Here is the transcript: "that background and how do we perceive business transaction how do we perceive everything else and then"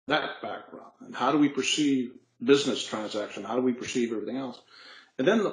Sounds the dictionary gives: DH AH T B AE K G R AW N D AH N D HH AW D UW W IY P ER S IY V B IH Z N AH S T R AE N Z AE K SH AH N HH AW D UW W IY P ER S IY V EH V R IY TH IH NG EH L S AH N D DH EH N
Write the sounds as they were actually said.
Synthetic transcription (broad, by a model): DH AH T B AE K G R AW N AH N HH AW D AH W IY P ER S IY V B IH Z N AH S T R AE N Z AE K SH AH N HH AW D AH W IY P ER S IY V EH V R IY TH IH NG EH L S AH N DH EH N